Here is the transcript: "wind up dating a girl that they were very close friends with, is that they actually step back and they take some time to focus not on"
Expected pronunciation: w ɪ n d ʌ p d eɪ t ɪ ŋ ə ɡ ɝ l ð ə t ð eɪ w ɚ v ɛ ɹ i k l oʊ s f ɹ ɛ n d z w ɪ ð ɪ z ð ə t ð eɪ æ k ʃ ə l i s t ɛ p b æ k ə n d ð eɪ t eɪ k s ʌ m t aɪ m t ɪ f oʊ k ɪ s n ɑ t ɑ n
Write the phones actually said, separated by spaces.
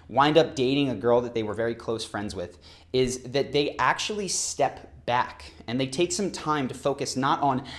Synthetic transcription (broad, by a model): w ɪ n d ʌ p d eɪ t ɪ ŋ ə ɡ ɝ l ð ə t ð eɪ w ɚ v ɛ ɹ i k l oʊ s f ɹ ɛ n d z w ɪ ð ɪ z ð ə t ð eɪ æ k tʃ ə l i s t ɛ p b æ k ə n ð eɪ t eɪ k s ʌ m t aɪ m t ɪ f oʊ k ɪ s n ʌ t n